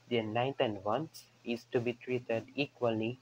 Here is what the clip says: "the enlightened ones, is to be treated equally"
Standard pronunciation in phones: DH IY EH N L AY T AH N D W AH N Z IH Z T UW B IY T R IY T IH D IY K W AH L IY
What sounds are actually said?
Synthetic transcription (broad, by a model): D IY N AY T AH N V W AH N S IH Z T UW B IY T R IY T IH D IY K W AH L IY